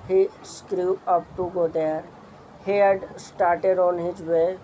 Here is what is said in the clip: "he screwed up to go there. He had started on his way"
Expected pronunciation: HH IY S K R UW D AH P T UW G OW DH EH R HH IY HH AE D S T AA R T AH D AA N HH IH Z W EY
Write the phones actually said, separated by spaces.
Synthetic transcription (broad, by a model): HH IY S K R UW AH P T UW G OW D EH R HH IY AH D S T AA R T AH D AA N HH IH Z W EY